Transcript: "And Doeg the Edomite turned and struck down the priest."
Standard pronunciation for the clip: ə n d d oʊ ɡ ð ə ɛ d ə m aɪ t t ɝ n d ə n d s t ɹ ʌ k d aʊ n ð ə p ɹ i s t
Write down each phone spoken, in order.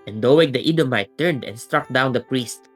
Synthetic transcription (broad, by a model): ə n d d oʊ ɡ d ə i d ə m aɪ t t ɝ n d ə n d s t ɹ ʌ k d aʊ n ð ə p ɹ i s t